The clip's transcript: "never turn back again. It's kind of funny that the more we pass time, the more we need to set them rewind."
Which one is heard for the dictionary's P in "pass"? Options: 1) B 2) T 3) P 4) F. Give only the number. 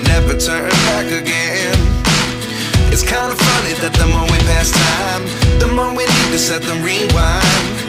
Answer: 3